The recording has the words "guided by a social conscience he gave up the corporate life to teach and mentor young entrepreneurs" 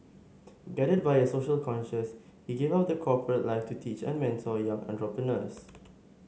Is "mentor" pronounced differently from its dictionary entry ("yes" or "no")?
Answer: yes